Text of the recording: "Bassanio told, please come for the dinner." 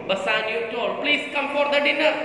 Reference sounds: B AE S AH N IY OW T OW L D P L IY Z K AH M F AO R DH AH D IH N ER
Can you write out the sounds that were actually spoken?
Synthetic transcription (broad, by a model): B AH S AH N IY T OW D P L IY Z K AH M F AO R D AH D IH N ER